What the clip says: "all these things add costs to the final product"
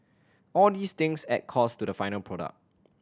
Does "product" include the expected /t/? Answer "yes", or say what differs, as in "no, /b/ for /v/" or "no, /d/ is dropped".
no, /t/ is dropped